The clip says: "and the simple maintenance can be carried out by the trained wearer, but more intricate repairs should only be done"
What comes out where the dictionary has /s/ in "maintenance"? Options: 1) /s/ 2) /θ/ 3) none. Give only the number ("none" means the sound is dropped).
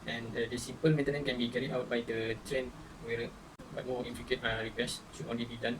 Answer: 3